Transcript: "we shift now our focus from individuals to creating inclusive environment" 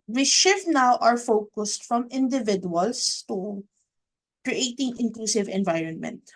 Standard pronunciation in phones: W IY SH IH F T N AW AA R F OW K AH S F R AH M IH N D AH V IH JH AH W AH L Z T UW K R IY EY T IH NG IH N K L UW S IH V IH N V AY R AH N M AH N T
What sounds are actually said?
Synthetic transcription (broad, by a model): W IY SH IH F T N AW AA R F OW K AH S F R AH M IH N D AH V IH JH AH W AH L S T UW K R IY EY T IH NG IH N K L UW S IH V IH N V AY R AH N M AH N T